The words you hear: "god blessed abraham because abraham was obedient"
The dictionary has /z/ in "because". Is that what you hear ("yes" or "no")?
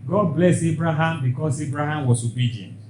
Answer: no